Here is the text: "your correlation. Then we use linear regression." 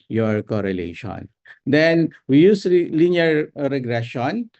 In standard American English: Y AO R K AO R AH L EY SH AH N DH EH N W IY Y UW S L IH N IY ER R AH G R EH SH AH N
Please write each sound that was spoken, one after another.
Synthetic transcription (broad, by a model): Y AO R K AO R AH L EY SH AH N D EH N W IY Y UW S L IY L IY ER R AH G R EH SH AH N